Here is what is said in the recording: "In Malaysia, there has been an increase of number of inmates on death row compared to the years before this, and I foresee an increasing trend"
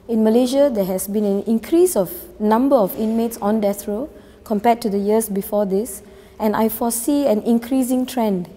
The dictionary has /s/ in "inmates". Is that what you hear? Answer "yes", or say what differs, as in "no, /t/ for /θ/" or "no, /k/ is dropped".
yes